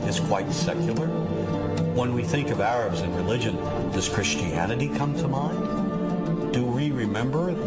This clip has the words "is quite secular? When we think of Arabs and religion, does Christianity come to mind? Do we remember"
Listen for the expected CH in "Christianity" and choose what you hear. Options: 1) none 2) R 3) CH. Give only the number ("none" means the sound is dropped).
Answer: 3